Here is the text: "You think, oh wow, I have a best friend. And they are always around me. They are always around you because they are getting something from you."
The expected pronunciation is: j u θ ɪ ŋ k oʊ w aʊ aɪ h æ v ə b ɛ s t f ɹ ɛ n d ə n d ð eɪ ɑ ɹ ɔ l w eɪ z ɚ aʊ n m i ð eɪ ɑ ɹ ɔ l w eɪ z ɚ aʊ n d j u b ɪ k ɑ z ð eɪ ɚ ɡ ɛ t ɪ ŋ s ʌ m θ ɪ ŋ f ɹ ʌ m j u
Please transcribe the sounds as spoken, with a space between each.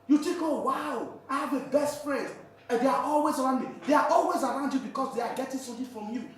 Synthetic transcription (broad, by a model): j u t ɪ k oʊ w aʊ aɪ h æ v ə b ɛ s t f ɹ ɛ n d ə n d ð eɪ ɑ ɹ ɔ l w eɪ z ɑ aʊ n m i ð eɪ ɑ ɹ ɔ l w eɪ z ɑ aʊ n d j u b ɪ k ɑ s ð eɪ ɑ ɡ ɛ t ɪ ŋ s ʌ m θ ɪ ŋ f ɹ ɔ m j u